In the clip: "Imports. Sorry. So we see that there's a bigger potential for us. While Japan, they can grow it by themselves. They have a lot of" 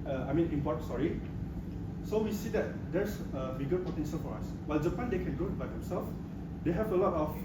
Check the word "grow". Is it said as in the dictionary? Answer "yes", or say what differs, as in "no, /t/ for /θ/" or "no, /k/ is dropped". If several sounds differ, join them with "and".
no, /ɹ/ is dropped